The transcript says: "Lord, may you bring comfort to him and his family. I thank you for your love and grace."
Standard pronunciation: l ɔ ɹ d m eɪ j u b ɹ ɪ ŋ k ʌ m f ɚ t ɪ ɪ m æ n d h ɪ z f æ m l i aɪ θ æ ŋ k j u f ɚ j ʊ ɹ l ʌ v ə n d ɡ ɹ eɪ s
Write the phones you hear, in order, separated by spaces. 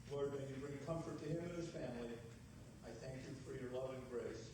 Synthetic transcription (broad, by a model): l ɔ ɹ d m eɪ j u b ɹ ɪ ŋ k ʌ m f ɚ t ɪ ɪ m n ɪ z f æ m l i aɪ θ æ ŋ k j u f ɚ j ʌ ɹ l ʌ v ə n ɡ ɹ eɪ s